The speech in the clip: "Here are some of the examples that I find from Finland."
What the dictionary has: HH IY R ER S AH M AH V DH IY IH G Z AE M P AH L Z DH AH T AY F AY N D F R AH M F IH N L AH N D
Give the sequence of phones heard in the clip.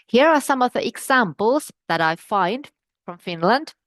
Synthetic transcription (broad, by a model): HH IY R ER S AH M AH V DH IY IH G Z AE M P AH L Z DH AH T AY F AY N D F R AH M F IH N L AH N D